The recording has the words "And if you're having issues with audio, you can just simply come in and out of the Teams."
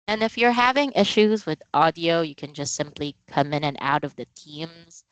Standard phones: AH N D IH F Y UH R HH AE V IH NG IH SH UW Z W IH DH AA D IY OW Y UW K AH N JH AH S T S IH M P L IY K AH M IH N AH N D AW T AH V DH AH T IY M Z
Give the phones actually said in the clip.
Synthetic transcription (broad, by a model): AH N IH F Y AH R HH AE V IH NG IH SH UW Z W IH DH AA D IY OW Y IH K AH N JH AH S T S IH M P L IY K AH M IH N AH N AW T AH V DH AH T IY M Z